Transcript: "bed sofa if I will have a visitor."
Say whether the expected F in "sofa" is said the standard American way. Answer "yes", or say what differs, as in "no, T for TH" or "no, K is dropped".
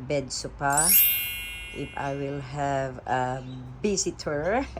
no, P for F